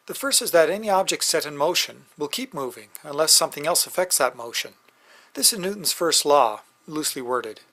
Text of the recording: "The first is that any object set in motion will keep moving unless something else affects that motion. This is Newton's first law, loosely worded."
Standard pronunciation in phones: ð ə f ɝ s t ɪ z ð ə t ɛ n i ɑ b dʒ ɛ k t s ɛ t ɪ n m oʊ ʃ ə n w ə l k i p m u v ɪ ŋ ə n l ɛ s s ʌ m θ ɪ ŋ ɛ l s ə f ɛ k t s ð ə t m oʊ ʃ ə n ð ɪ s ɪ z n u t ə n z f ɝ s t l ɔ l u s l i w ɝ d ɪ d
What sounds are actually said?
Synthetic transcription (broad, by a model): ð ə f ɝ s t ɪ z ð ə t ɛ n i ɑ b dʒ ɛ k t s ɛ t ɪ n m oʊ ʃ ə n w ə l k i p m u v ɪ ŋ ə n l ɛ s s ʌ m θ ɪ ŋ ɛ l s ə f ɛ k t s ð ə t m oʊ ʃ ə n ð ɪ s ɪ z n u t n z f ɝ s t l ɔ l u s l i w ɝ d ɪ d